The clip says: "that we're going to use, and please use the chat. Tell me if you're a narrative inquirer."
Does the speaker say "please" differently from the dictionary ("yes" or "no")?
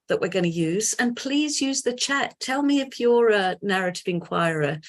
no